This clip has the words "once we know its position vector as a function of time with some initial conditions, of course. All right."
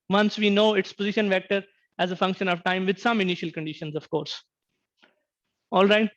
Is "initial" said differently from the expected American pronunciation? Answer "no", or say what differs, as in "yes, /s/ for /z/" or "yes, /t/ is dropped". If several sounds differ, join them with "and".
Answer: no